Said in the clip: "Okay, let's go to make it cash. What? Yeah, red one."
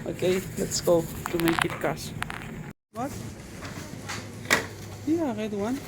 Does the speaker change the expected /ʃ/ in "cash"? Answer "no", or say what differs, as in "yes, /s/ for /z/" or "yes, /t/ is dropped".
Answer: yes, /s/ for /ʃ/